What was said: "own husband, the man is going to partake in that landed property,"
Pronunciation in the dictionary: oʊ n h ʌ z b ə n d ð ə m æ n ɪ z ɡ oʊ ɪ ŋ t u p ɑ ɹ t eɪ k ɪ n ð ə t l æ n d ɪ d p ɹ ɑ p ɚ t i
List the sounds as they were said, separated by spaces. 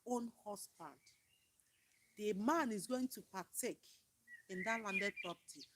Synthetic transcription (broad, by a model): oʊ n h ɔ s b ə n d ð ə m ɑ n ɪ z ɡ oʊ ɪ ŋ t u p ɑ t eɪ k ɪ n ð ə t l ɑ n d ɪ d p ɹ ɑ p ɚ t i